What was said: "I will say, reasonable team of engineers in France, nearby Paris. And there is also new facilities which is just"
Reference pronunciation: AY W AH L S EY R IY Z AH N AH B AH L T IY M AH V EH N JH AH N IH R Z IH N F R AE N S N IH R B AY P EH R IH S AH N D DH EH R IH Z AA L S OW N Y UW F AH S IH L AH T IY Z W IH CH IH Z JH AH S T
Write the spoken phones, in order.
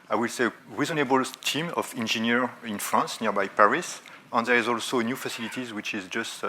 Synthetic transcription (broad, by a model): AY W AH L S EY R IY Z AH N AH B AH L T IY M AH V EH N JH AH N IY R IH N F R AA N S N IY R B AY P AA R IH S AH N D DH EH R IH Z AA L S OW N Y UW F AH S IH L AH T IY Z W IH CH IH Z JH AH S T